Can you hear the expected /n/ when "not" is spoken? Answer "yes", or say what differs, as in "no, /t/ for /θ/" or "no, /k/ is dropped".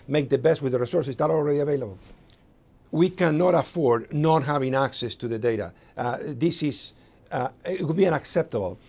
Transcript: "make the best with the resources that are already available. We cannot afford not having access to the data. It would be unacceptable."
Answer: yes